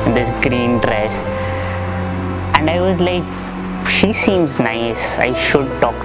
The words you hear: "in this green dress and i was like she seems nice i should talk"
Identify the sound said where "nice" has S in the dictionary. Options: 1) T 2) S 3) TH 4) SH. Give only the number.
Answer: 2